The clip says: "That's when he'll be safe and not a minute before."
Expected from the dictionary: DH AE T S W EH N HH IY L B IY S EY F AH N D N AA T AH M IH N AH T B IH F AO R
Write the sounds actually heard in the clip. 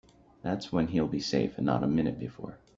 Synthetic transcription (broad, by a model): DH AE T S W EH N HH IY L B IY S EY AH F N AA T AH M IH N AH T B IH F AO R